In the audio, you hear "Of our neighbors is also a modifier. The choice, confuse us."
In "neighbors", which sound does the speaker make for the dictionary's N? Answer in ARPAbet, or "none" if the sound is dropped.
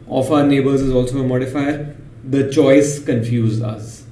N